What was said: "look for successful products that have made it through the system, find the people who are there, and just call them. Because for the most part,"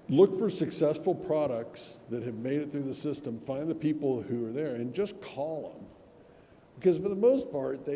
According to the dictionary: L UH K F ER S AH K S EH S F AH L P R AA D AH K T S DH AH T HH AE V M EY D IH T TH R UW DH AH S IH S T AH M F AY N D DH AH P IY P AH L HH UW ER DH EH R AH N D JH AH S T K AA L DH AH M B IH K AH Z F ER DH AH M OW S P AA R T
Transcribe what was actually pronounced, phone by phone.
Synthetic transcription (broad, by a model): L UH K F ER S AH K S EH S F L P R AA D AH K T S DH AH T HH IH V M EY D IH T TH R UW DH AH S IH S T AH M F AY N DH AH P IY P L HH UW ER DH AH R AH N JH AH S K AA L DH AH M B IH K AH Z F ER DH AH M OW S P AA R T